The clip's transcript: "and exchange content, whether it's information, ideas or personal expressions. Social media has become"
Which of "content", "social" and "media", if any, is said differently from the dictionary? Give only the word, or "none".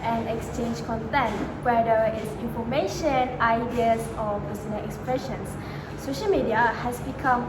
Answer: none